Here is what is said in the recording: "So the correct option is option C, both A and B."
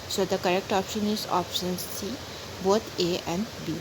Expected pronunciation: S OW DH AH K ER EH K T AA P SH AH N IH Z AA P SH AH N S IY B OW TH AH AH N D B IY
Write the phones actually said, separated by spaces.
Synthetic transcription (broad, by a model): S OW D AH K ER EH K T AA P SH AH N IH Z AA P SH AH N S IY B OW T AH AH N D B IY